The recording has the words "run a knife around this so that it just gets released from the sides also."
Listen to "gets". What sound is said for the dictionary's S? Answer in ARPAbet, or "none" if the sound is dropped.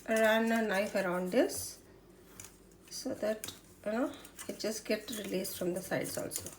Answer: none